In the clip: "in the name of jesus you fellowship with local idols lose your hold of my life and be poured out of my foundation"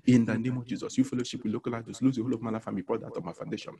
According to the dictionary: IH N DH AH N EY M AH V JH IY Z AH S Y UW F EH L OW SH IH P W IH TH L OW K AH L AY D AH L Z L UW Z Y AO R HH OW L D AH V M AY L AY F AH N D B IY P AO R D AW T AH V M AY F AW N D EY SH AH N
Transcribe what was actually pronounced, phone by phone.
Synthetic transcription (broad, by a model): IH N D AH N EY M AH V JH IY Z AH S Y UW F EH L OW SH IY P W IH L OW K AH L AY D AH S L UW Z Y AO HH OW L AH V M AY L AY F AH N B IY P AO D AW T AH M AY F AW N D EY SH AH N